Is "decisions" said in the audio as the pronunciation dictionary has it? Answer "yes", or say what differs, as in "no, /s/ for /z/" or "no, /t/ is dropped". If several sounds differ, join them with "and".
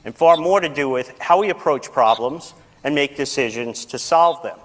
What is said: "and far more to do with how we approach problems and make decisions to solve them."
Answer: yes